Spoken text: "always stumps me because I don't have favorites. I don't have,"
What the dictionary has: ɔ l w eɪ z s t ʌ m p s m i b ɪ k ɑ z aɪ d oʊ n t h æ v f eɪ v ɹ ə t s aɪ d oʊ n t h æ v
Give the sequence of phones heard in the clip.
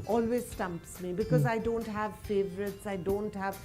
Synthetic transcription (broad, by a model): ɔ l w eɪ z s t ʌ m p s m i b ɪ k ɑ z aɪ d oʊ n t h æ v f eɪ v ɹ ə t s aɪ d oʊ n t h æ v